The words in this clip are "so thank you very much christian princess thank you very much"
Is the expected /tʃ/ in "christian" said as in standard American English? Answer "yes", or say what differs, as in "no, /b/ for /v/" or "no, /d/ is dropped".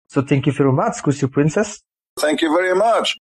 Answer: no, /tʃ/ is dropped